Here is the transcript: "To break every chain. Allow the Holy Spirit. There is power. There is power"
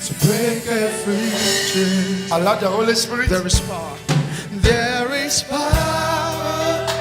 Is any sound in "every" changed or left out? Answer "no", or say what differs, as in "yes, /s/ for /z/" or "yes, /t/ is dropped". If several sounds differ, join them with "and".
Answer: yes, /f/ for /v/